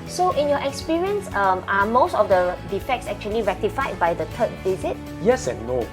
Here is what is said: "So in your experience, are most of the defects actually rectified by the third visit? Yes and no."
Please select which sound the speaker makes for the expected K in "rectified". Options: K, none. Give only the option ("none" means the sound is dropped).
K